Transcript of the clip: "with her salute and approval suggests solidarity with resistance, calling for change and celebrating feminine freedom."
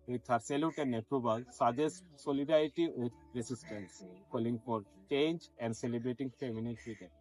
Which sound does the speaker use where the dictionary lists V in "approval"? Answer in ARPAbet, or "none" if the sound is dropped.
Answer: B